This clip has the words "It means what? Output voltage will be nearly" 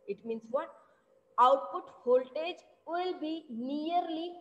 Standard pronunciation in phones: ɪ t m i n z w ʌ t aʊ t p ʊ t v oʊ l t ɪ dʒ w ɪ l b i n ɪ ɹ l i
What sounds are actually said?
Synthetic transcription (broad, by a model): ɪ t m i n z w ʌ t aʊ t p ʊ t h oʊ l t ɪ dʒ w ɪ l b i n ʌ ɹ l i